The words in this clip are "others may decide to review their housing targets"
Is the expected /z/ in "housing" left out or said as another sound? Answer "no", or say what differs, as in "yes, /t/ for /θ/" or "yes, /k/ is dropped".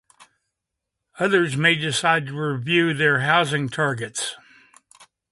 no